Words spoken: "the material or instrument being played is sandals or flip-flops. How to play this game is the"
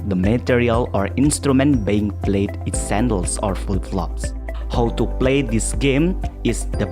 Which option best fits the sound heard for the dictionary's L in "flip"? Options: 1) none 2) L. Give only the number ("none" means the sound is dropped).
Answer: 1